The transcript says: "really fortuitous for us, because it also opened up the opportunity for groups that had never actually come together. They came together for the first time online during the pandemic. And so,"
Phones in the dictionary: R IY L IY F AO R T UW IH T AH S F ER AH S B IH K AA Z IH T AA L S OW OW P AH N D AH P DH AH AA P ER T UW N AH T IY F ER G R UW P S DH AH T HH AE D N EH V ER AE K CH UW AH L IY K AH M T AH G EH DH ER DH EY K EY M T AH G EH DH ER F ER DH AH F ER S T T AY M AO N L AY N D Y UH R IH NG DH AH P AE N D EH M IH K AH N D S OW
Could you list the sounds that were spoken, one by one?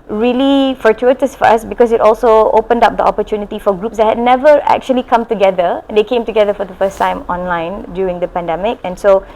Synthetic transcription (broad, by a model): R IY L IY F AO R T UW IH T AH S F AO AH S B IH K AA S IH T AA L S OW OW P AH N D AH P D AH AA P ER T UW N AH T IY F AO G R UW P S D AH T HH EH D N EH V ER AE K CH UW AH L IY K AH M T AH G EH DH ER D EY K EY M T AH G EH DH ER F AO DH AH F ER S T T AY M AO N L AY N D Y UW R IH NG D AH P AE N D EH M IH K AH N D S OW